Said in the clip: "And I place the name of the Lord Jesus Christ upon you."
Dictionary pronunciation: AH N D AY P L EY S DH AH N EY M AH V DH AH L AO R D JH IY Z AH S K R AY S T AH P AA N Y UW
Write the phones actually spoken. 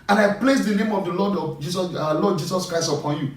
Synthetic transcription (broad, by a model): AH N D AY P L EY S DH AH N EY M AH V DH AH L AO L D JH IY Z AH S K R AY S T AH P AA N Y UW